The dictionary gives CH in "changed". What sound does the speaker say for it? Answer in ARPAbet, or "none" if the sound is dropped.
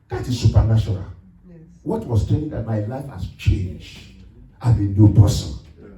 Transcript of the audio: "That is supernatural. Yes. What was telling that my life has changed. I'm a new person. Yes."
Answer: CH